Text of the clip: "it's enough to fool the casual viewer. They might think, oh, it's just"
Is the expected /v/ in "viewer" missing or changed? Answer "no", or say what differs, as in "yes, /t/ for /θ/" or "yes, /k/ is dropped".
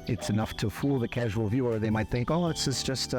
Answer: no